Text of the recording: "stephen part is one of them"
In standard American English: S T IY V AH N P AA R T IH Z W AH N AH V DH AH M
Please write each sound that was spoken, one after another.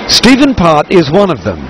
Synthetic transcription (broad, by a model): S T IY V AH N P AA R T IH Z W AH N AH V DH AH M